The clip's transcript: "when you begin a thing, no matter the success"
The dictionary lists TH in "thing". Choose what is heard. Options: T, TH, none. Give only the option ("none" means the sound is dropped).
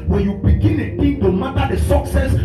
T